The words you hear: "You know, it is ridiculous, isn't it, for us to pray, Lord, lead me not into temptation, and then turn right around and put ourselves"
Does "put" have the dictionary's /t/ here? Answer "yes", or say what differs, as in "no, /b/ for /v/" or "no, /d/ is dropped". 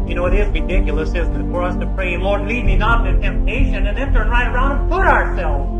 no, /t/ is dropped